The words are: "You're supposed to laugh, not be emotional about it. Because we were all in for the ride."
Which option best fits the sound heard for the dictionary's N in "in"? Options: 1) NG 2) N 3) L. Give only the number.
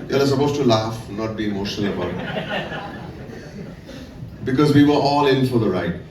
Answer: 3